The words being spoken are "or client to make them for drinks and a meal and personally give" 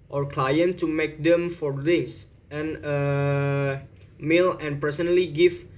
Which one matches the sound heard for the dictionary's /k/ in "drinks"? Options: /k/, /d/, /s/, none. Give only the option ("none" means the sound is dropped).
none